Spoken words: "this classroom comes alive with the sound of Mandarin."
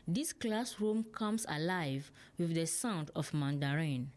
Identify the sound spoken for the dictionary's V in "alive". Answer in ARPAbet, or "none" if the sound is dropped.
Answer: V